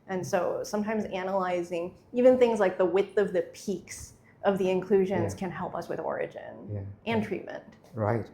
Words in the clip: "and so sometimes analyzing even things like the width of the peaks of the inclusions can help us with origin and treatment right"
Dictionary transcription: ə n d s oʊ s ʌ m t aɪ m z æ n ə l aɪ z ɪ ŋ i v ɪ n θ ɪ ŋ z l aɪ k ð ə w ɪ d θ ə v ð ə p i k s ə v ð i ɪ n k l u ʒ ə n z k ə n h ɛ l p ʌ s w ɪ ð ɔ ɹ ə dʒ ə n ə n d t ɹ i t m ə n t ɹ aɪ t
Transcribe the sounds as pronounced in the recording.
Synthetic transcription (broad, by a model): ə n s oʊ s ʌ m t aɪ m z æ n ə l aɪ z ɪ ŋ i v ɪ n θ ɪ ŋ z l aɪ k ð ə w ɪ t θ ə v ð ə p i k s ə v ð i ɪ n k l u ʒ ə n z k ə n h ɛ l p ʌ s w ɪ ð ɔ ɹ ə dʒ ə n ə n t ɹ i t m ə n t ɹ aɪ t